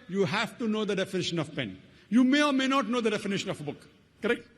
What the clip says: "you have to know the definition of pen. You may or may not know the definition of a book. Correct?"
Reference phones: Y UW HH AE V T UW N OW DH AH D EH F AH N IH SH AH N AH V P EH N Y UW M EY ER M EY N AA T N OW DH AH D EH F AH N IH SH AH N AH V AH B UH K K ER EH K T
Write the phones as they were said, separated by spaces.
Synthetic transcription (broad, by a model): Y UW HH AE V T UW N OW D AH D EH F AH N IH SH AH N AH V P EH N Y UW M EY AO M EY N AA T N OW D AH D EH F AH N IH SH AH N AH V AH B UH K K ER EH K T